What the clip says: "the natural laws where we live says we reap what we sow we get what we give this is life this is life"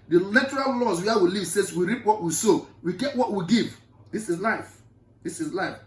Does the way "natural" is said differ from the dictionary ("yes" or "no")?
yes